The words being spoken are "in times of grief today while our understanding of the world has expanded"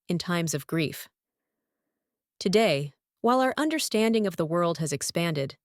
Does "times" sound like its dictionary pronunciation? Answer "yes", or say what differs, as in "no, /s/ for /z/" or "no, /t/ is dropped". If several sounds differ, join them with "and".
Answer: yes